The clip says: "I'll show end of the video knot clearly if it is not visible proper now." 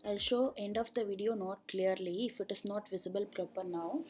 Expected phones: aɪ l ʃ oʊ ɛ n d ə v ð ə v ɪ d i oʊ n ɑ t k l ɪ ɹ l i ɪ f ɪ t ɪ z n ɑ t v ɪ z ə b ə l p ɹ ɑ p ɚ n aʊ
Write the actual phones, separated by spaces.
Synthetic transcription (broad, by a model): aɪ l ʃ oʊ ɛ n d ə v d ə v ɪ d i oʊ n ɑ t k l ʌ ɹ l i ɪ f ɪ t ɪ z n ɑ t v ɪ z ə b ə l p ɹ ɑ p ɚ n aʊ